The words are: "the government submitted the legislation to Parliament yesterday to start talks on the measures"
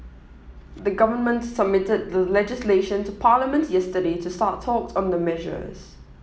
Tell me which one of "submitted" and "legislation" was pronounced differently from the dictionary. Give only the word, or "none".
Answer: none